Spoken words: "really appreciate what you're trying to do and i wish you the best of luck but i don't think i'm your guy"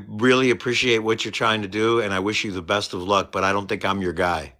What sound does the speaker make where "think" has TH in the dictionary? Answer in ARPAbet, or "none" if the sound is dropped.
TH